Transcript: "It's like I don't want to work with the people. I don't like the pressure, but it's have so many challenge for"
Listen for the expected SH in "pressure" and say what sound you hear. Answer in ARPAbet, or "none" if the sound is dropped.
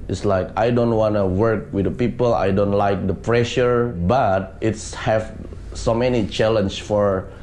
SH